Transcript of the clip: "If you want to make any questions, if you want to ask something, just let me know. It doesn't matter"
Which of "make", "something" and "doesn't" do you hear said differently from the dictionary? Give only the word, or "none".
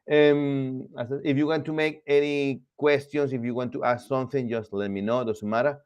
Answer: doesn't